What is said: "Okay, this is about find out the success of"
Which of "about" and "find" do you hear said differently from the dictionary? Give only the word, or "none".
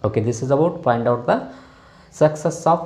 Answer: find